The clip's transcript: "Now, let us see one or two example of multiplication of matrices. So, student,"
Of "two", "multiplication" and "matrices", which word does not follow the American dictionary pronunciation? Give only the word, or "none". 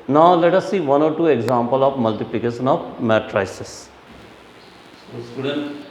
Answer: matrices